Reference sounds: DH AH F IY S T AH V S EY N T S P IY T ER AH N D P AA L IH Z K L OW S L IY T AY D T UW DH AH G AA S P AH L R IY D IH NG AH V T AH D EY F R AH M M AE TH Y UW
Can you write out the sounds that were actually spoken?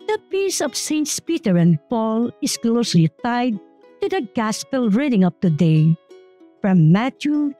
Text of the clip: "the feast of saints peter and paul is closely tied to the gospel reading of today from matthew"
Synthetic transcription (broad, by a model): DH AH P IY S AH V S EY N T S P IY T ER AH N D P AA L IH S K L OW S L IY T AY D T UW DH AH G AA S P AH L R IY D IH NG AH P T AH D EY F R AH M M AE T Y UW